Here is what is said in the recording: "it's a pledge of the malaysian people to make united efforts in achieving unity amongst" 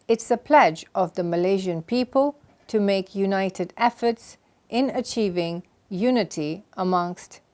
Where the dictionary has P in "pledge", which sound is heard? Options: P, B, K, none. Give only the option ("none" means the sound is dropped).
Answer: P